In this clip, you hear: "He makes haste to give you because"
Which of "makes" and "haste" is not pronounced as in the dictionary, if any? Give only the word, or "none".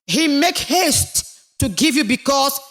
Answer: makes